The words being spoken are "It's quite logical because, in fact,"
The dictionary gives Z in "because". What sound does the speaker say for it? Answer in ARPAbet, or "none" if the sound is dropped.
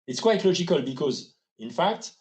Z